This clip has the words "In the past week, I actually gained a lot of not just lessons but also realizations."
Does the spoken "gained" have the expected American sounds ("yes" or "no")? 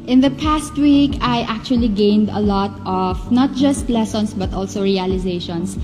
yes